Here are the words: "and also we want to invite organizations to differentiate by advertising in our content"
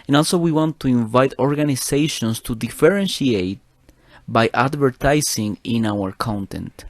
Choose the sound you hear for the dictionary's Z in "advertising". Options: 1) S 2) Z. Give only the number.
1